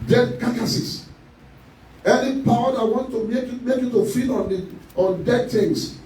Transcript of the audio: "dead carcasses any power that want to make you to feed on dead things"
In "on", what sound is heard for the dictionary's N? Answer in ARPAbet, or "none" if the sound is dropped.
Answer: N